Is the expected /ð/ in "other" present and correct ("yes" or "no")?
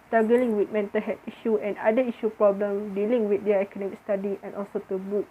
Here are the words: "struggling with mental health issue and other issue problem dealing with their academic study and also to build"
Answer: no